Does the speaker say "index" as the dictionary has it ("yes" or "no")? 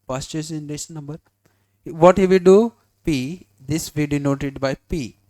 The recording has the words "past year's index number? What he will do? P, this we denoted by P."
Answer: no